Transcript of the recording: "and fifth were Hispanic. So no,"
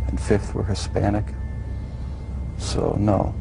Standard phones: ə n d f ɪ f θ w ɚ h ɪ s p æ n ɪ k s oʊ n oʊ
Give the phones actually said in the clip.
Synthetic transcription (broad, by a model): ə n f ɪ f θ w ɚ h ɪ s p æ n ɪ k s oʊ n oʊ